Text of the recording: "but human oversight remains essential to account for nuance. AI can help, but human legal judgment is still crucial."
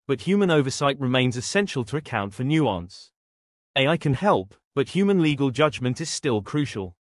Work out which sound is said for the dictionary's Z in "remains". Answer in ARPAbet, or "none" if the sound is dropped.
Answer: Z